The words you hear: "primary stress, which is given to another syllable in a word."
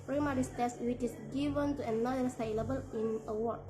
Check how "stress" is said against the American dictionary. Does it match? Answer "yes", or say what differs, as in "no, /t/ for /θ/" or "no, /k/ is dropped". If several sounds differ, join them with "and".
no, /ɹ/ is dropped